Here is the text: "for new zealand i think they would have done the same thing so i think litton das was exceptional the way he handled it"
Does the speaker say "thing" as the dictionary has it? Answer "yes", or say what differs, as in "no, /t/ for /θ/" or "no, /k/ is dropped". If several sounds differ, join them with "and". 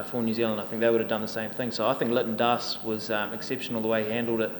yes